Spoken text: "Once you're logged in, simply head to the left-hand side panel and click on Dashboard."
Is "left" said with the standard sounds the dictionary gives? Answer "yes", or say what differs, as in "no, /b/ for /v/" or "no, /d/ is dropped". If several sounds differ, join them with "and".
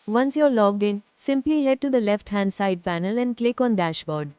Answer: yes